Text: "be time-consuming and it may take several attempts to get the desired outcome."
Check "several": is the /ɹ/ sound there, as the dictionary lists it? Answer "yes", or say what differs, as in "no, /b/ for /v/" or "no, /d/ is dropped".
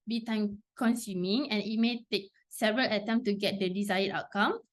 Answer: yes